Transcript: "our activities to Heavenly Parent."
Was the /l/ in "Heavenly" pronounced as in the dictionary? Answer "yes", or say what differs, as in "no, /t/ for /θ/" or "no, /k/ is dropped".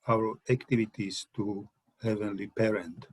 yes